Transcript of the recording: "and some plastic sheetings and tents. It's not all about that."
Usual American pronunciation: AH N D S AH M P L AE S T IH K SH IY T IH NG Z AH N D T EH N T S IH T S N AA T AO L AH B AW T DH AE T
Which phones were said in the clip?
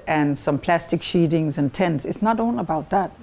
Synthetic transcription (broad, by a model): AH N S AH M P L AE S T IH K SH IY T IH NG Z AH N T EH N T S IH T S N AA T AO N AH B AW T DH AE T